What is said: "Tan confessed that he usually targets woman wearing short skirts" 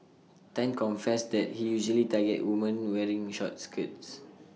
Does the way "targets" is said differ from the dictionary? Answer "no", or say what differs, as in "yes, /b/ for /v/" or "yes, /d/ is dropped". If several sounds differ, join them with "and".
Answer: yes, /s/ is dropped